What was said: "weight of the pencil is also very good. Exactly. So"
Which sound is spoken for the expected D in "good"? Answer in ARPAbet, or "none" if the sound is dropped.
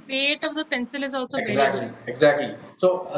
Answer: none